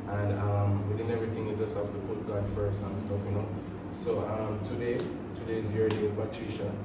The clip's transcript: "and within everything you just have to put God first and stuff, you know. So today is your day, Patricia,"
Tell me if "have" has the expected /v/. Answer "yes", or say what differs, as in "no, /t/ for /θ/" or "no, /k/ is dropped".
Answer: no, /f/ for /v/